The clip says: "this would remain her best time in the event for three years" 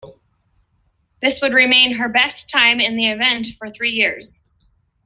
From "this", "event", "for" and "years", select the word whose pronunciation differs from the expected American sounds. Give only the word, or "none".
none